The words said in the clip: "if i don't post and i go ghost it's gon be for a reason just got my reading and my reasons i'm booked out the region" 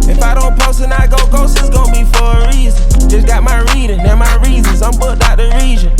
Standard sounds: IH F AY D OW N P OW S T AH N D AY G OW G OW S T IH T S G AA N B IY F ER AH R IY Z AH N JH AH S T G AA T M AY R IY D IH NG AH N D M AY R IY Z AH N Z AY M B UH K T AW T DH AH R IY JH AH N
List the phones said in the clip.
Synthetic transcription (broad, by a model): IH F AY D OW N P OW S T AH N AY G OW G OW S IH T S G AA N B IY F ER AH R IY Z AH N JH AH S G AA T M AY R IY D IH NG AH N M AY R IY Z AH N Z AY M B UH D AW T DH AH R IY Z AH N